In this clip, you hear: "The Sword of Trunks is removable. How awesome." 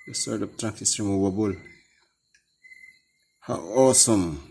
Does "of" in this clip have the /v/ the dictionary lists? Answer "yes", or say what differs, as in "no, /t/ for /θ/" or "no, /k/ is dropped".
no, /p/ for /v/